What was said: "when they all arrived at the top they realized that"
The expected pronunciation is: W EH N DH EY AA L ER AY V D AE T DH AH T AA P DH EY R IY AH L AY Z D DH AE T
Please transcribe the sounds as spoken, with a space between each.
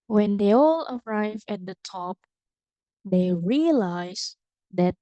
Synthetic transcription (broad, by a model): W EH N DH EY AA L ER AY V AE T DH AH T AA P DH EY R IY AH L AY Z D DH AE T